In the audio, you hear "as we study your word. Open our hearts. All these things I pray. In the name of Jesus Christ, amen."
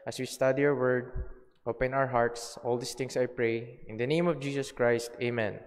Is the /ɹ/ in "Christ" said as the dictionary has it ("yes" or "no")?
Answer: yes